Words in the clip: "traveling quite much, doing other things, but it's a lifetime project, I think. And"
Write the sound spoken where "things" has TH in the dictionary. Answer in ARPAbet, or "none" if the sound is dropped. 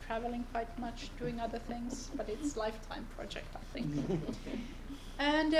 TH